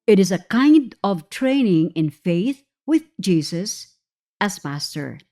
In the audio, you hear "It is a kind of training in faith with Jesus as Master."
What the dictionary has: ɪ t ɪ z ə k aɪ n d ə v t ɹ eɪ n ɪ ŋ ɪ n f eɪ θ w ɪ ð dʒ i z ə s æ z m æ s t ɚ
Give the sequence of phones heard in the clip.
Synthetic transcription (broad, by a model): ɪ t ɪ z ə k aɪ n d ə v t ɹ eɪ n ɪ ŋ ɪ n f eɪ θ w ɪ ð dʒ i s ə s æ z m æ s t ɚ